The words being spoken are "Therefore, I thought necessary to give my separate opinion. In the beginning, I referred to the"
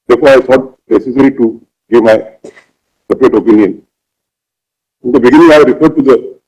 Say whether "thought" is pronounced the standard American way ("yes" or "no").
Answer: no